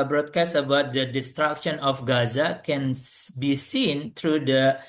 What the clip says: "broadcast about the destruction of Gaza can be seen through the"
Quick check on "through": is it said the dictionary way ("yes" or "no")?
no